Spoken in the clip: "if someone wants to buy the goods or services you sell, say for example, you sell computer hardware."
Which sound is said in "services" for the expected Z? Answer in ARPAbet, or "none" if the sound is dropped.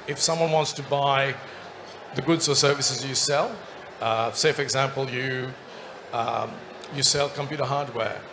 Z